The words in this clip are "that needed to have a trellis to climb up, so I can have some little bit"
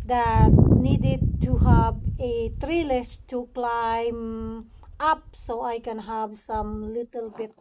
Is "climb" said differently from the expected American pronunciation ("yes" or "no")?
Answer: no